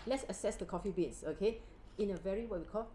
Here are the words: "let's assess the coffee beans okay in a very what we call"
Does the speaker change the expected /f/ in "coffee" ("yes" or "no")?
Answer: no